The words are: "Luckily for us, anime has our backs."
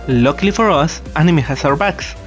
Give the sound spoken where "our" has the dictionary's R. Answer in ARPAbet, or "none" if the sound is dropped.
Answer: R